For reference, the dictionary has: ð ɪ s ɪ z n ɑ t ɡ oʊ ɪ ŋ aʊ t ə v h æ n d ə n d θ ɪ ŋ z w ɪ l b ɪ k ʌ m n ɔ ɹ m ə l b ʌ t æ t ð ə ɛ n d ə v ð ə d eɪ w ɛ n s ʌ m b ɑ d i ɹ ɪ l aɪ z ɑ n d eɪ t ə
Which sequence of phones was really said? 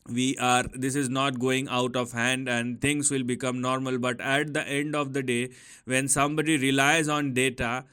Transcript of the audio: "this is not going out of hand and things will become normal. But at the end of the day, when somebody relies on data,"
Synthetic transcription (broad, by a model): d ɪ s ɪ z n ɑ t ɡ oʊ ɪ ŋ aʊ t ə v h æ n d ə n d t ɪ ŋ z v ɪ l b ɪ k ʌ m n ɔ ɹ m ə l b ʌ t æ t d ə ɛ n d ə v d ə d eɪ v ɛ n s ʌ m b ɑ d i ɹ ɪ l aɪ z ɑ n d eɪ t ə